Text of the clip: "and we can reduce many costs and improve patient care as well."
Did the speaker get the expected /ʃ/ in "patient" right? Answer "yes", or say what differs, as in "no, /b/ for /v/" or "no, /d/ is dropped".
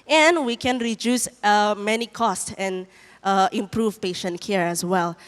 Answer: yes